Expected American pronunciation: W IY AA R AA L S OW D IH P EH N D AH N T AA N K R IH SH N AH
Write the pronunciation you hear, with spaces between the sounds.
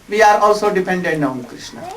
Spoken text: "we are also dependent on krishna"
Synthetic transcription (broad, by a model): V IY AA R AA L S OW D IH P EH N D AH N AA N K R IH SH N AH